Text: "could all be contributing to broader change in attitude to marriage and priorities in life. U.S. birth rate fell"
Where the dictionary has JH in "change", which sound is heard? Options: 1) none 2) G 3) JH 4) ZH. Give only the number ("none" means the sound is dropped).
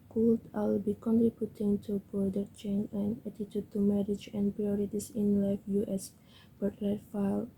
1